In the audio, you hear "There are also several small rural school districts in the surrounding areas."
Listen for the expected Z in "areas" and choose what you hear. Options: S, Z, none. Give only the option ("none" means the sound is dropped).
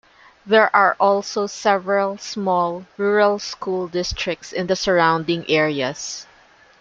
S